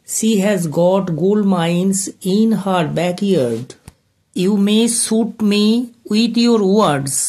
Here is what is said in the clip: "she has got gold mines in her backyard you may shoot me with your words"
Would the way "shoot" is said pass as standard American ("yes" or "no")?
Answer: no